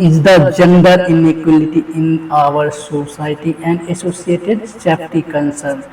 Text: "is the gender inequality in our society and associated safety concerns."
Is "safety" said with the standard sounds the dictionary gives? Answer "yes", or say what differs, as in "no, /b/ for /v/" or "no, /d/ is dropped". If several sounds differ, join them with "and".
no, /p/ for /f/